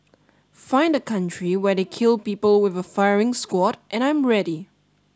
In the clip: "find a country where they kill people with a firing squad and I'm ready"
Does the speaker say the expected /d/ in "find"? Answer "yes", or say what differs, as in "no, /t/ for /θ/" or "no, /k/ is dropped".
yes